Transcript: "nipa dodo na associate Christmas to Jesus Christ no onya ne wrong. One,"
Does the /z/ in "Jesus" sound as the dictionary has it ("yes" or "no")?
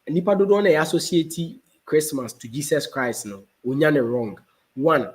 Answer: no